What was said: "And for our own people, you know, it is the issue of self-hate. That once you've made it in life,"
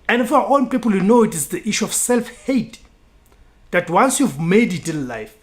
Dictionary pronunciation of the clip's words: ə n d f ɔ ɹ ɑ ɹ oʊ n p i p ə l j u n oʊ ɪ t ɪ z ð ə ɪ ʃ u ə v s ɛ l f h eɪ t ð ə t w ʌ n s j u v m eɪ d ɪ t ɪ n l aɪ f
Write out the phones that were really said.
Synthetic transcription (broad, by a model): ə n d f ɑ w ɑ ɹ oʊ n p i p ə l j u n oʊ ɪ t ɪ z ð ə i ʃ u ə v s ɛ l f h eɪ t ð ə t w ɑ n s j u v m eɪ d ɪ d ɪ l l aɪ f